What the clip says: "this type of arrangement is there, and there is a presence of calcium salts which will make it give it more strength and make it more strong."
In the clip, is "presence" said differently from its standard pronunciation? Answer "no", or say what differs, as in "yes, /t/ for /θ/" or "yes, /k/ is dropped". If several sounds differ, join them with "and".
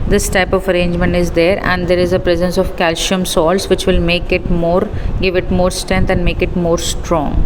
no